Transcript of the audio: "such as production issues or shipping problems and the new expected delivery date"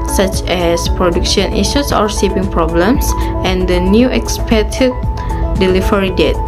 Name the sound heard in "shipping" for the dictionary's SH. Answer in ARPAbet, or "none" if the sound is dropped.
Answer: S